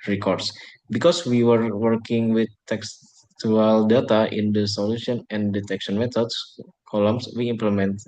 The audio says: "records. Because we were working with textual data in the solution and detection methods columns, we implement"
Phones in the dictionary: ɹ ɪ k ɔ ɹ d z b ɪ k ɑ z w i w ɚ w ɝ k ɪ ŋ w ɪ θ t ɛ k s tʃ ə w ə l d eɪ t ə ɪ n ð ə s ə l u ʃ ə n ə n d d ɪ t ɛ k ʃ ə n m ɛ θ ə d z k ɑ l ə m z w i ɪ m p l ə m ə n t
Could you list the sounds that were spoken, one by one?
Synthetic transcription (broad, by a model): ɹ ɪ k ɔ ɹ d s b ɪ k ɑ s w i w ɚ w ɝ k ɪ ŋ w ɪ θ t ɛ k s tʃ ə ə l d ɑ t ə ɪ n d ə s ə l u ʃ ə n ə n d d ɪ t ɛ k ʃ ə n m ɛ t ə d s k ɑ l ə m s w i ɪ m p l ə m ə n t